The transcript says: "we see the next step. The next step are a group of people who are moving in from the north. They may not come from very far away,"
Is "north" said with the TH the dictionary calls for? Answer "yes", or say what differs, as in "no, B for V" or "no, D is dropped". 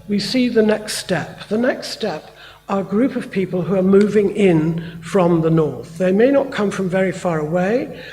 yes